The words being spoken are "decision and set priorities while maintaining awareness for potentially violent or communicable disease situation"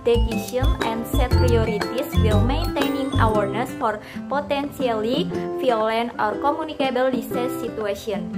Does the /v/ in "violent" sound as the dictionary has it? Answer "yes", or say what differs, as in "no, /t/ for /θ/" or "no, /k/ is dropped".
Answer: no, /f/ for /v/